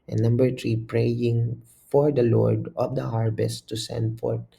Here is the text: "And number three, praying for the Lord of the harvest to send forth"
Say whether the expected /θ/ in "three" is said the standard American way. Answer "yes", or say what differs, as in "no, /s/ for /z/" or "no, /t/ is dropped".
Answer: no, /t/ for /θ/